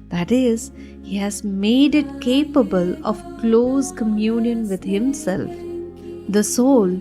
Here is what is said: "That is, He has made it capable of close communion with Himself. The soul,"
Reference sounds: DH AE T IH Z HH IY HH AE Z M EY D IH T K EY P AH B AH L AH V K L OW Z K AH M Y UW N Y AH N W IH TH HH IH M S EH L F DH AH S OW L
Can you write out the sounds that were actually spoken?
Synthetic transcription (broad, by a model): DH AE T IH Z HH IY HH AE Z M EY D IH T K EY P AH B AH L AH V K L OW Z K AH M Y UW N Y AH N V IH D HH IH M S EH L F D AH S OW L